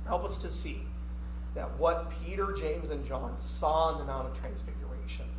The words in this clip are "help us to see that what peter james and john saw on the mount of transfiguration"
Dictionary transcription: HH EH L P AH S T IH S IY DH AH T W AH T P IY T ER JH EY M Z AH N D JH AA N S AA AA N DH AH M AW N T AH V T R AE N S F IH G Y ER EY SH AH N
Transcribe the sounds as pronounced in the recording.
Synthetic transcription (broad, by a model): HH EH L P AH S T IH S IY DH AH T W AH T P IY T ER JH EY M Z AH N JH AA N S AA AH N DH AH M AW T AH V T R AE N S F IH G Y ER EY SH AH N